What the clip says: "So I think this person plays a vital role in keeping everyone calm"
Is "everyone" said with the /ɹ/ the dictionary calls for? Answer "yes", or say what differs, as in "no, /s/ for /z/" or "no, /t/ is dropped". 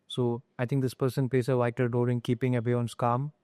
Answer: no, /ɹ/ is dropped